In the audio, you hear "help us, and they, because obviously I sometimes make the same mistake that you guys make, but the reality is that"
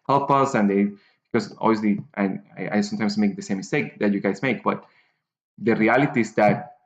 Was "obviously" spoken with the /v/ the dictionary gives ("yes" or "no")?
no